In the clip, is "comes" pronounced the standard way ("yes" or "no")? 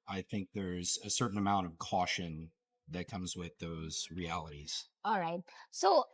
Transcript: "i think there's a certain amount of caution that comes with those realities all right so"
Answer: yes